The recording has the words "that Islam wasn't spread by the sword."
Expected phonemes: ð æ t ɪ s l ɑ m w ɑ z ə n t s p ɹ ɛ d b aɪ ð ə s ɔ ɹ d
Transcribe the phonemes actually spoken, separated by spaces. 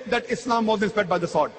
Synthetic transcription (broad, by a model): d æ t ɪ s l ɑ m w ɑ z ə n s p ɛ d b aɪ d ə s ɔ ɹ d